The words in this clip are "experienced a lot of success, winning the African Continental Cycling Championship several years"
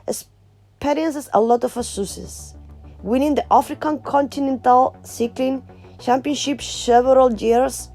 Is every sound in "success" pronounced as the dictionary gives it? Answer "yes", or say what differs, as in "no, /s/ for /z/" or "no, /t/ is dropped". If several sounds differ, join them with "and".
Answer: no, /k/ is dropped